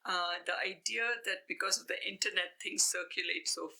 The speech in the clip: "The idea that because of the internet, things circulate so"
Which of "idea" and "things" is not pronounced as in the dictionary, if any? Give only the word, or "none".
things